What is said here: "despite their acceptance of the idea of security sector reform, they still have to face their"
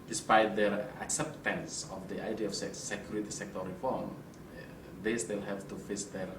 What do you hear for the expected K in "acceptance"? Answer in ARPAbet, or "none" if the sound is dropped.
K